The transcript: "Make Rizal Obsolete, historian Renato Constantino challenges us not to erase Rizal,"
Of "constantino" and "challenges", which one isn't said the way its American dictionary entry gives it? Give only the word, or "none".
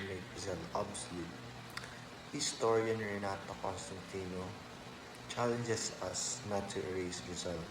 challenges